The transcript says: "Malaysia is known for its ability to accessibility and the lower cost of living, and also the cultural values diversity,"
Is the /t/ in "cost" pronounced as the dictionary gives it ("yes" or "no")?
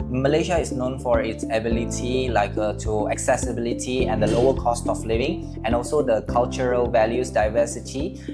yes